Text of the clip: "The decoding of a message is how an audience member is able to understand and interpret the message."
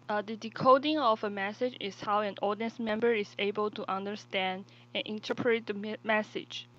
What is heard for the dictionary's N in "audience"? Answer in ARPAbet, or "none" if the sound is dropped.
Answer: none